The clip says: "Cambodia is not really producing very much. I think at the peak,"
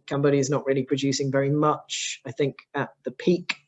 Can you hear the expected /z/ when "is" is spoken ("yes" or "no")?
yes